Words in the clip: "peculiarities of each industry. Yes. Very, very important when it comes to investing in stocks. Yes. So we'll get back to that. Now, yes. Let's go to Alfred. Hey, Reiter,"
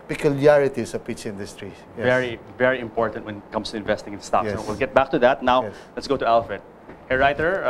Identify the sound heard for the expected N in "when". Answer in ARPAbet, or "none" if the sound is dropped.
N